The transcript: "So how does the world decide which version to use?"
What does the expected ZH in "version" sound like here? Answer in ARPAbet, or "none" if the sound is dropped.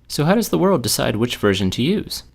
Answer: ZH